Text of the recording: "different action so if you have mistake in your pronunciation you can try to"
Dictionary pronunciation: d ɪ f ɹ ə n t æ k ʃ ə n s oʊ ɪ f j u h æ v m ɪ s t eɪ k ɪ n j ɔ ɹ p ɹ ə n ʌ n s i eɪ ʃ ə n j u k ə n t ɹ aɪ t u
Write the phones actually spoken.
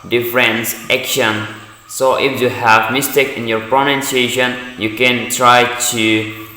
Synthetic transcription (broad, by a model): d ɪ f ɹ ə n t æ k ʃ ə n s oʊ ɪ f j u h æ v m ɪ s t eɪ k ɪ n j ɔ ɹ p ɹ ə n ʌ n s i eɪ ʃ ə n j u k ə n t ɹ aɪ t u